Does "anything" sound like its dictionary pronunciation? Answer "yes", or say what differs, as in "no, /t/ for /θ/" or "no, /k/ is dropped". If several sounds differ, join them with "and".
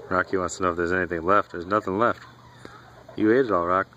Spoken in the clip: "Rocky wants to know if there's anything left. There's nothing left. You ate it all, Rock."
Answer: yes